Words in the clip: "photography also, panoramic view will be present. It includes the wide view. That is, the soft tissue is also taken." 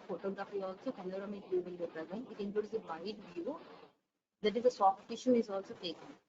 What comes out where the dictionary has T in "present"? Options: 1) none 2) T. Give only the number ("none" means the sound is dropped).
1